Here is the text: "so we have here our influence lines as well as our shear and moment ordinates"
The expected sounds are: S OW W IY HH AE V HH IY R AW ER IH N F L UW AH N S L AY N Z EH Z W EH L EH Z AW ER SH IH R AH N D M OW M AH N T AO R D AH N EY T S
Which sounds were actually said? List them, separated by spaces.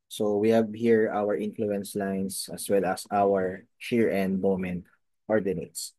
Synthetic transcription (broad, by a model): S OW W IY HH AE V HH IY R AW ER IH N F L UW AH N S L AY N S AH S W EH L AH S AW ER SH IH R AH N D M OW M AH N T AO R D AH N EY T S